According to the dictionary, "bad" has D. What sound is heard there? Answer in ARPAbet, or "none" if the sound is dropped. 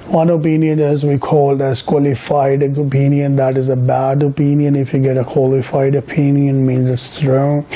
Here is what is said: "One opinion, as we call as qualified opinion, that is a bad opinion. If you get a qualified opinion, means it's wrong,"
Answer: D